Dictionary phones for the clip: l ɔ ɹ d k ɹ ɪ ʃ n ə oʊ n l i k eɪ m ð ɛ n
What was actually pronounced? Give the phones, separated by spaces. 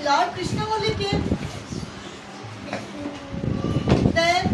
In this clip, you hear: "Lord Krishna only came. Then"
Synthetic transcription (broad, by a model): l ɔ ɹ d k ɹ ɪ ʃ n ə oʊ l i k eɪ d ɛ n